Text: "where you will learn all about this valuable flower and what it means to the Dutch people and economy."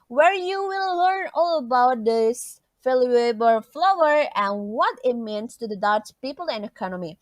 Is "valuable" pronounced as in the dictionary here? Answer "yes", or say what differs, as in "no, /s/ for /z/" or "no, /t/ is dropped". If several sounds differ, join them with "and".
no, /f/ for /v/